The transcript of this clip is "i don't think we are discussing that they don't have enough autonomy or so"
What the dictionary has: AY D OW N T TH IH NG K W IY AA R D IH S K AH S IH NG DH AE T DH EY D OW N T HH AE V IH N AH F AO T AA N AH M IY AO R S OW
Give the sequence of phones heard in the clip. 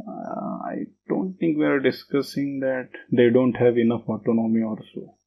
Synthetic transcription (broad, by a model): AY D OW N T T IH NG K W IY AA R D IH S K AH S IH NG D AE T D EY D OW N T HH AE V IH N AH F AO T AA N AH M IY AO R S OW